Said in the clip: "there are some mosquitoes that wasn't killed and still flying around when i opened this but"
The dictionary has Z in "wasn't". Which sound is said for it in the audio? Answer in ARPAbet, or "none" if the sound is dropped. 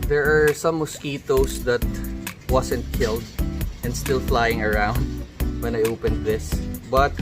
S